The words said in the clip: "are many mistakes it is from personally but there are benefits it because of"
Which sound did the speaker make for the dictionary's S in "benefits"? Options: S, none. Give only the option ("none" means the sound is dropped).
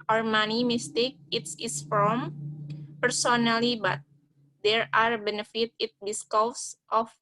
none